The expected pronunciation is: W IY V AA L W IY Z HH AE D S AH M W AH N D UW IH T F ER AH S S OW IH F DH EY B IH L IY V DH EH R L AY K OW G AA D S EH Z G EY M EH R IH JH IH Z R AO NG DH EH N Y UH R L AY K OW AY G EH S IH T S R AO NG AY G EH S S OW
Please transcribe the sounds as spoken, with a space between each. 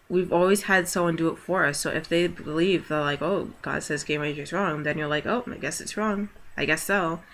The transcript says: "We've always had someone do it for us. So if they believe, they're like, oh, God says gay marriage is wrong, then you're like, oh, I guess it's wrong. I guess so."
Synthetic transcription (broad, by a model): W IY V AA L W IY Z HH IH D S AH M W AH N D IH T F ER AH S S OW IH F DH EY B IH L IY V DH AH R L AY K OW G AA D S EH Z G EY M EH IH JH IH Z R AO NG DH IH N Y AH R L AY K OW AY G EH S IH T S R AO NG AY G EH S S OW